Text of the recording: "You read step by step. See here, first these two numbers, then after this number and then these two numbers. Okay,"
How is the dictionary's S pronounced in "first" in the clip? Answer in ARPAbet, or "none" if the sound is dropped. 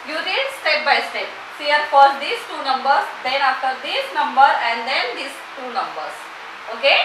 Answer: none